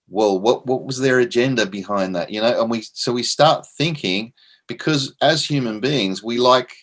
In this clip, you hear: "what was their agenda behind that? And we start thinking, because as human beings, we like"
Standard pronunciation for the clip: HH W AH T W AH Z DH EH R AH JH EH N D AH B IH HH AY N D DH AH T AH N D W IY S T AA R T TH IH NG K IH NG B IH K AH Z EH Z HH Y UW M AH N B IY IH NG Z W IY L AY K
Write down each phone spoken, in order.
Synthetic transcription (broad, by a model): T W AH T W AH Z DH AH R AH JH EH N D AH B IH HH AY N DH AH T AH N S W IY S T AA R T TH IH NG K IH NG B IH K AH Z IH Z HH Y UW M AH N B IY IH NG Z W IY L AY K